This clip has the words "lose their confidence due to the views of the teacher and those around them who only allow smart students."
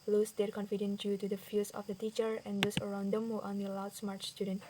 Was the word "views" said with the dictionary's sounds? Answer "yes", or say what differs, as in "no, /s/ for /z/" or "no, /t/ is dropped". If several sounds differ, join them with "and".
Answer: no, /f/ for /v/ and /s/ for /z/